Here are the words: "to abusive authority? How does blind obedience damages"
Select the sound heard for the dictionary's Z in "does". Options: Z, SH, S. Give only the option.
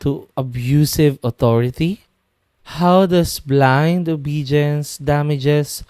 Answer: S